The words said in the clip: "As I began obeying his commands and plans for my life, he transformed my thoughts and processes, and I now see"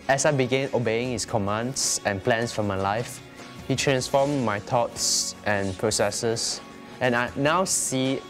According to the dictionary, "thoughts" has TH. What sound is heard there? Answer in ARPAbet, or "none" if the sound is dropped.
T